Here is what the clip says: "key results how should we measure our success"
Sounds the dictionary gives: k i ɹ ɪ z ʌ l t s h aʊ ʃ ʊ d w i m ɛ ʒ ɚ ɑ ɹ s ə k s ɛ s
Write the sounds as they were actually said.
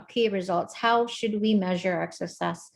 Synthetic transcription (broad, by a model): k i ɹ ɪ z ʌ l t s h aʊ ʃ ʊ d w i m ɛ ʒ ɚ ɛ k s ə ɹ s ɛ s